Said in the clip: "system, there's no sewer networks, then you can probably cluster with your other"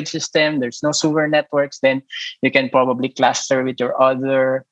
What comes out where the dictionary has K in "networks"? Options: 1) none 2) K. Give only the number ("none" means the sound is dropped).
2